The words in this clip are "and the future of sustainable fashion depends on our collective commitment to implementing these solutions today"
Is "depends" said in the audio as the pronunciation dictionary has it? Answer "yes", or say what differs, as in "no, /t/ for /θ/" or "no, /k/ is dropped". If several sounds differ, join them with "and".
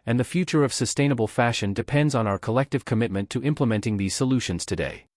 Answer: yes